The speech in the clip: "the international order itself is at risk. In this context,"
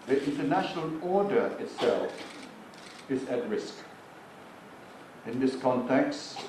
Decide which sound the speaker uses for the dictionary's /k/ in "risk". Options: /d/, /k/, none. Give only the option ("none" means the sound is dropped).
/k/